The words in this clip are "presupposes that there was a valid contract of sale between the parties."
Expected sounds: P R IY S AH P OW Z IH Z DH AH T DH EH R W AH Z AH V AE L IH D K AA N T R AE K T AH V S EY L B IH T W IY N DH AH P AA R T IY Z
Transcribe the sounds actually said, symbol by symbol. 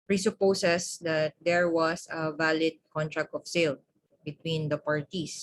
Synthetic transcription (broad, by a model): P R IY S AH P OW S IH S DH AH T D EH R W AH S AH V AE L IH D K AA N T R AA K T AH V S EY L B IH T W IY N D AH P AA R T IY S